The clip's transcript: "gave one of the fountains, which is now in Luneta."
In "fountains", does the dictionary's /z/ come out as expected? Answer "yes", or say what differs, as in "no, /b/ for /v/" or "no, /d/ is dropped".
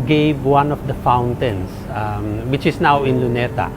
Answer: no, /s/ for /z/